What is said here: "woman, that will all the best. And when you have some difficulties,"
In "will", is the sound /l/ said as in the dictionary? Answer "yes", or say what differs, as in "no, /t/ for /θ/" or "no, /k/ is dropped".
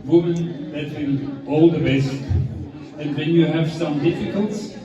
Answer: no, /n/ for /l/